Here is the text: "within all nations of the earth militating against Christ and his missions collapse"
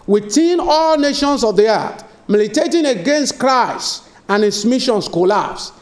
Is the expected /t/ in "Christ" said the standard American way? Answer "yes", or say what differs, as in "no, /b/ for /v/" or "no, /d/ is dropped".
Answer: no, /t/ is dropped